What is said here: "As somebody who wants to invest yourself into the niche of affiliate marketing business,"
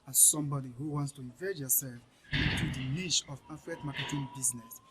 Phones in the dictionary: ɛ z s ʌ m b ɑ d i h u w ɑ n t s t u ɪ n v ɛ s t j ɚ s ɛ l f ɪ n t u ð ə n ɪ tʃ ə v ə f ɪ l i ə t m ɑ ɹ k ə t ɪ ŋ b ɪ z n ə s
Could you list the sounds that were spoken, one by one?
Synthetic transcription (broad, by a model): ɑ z s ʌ m b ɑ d i h u w ɑ n t s t u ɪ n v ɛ t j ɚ s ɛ l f ɪ n t u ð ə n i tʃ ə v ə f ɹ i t m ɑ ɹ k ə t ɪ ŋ b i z n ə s